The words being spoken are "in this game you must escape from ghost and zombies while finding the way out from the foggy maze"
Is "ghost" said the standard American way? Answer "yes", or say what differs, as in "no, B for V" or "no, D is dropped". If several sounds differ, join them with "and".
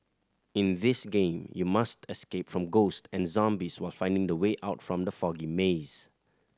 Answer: yes